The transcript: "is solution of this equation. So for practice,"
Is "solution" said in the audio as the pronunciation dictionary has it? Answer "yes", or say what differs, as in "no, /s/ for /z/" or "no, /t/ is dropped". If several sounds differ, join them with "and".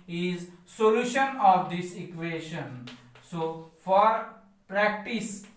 yes